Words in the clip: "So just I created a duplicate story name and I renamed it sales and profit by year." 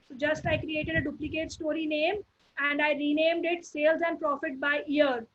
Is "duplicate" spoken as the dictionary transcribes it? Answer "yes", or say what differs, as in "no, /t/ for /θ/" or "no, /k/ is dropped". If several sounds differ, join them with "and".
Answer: yes